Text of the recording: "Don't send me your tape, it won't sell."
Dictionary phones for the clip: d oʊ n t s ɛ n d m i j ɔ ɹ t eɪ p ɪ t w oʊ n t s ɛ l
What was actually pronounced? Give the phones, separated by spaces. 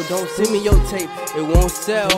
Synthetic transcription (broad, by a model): d oʊ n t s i m i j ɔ l t eɪ p ɪ t w oʊ n t s ɛ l